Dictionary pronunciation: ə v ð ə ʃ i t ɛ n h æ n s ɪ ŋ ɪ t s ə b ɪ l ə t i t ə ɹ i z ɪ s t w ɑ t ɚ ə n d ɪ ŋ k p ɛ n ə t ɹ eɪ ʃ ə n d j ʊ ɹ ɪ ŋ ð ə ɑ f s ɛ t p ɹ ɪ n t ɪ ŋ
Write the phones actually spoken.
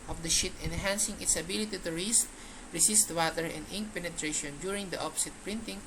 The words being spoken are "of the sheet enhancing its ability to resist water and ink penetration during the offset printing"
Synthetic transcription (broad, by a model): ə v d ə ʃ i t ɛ n h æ n s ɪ ŋ ɪ t s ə b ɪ l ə t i t ə ɹ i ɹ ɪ s t w ɑ t ɚ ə n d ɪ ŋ p ɛ n ə t ɹ eɪ ʃ ə n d j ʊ ɹ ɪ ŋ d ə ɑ p s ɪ t p ɹ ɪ n t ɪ ŋ